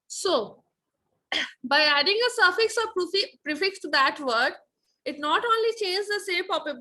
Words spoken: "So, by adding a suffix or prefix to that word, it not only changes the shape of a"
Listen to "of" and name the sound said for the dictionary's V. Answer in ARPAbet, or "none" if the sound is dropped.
P